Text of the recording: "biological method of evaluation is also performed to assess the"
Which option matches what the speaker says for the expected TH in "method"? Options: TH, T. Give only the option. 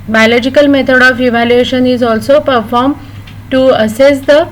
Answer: T